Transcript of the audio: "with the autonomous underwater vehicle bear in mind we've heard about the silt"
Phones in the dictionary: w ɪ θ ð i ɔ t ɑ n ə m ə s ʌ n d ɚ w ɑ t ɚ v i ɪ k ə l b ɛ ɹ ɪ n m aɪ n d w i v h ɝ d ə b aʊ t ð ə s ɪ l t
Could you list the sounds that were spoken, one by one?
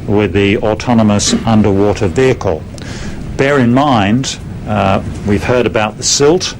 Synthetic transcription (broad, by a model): w ɪ ð i ɔ t ɑ n ə m ə s ʌ n d ɚ w ɑ t ɚ v i ɪ k ə l b ɛ ɹ ɪ n m aɪ n d w i v h ɝ d ə b aʊ t ð ə s ɪ l t